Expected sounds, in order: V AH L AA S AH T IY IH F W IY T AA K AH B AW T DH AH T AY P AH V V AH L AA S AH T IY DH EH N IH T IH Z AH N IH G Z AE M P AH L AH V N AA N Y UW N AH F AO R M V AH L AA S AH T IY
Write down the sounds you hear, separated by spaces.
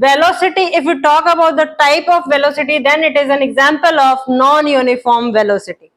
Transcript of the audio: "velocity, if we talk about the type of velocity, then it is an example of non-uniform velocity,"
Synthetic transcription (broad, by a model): V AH L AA S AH T IY IH F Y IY T AA K AH B AW T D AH T AY P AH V V AH L AA S AH T IY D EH N IH T IH Z AH N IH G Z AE M P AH L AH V N AA N Y UW N AH F AO R M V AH L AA S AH T IY